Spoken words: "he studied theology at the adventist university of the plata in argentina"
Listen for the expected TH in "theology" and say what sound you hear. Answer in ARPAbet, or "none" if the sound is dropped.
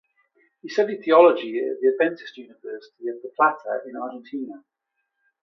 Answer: TH